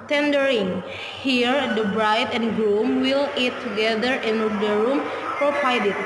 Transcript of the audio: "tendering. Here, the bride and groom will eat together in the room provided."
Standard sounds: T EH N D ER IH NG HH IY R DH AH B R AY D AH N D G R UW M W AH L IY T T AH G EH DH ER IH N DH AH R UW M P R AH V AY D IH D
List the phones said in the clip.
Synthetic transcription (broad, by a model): T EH N D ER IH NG HH IY R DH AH B R AY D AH N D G L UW M W AH L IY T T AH G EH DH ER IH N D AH R UW M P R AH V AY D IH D